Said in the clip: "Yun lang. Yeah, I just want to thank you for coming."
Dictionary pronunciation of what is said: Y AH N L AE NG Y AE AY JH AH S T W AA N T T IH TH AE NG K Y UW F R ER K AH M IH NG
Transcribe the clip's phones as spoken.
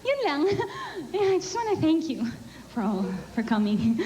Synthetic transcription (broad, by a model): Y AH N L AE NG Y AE AY JH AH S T W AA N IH TH AE NG K Y UW F R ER K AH M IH NG